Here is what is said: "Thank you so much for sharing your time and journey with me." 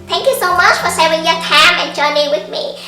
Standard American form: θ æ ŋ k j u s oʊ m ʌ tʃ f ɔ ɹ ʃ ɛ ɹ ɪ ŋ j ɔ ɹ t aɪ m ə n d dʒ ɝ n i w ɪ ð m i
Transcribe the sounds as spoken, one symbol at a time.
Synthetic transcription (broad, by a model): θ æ ŋ k j u s oʊ m ʌ tʃ f ɔ ɹ s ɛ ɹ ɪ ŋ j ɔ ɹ t aɪ m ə n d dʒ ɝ n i w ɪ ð m i